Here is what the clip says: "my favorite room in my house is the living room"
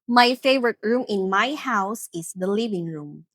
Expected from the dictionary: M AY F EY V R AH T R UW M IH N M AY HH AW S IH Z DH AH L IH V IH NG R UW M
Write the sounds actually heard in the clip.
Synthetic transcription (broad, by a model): M AY F EY V R AH T R UW M IH N M AY HH AW S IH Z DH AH L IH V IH NG R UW M